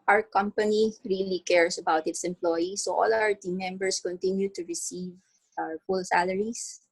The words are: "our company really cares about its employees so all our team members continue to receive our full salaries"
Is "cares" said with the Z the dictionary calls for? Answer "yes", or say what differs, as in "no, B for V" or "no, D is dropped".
no, S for Z